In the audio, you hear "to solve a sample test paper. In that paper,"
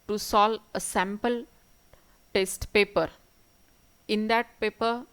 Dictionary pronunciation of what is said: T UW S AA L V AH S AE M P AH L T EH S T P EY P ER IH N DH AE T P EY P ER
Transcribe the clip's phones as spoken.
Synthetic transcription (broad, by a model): T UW S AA L AH S AE M P AH L T EH S T P EY P ER IH N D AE T P EY P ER